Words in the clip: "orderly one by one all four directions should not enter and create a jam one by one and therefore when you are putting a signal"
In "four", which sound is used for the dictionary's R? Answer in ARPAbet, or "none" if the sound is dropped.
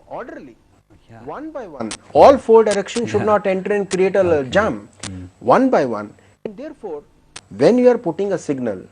L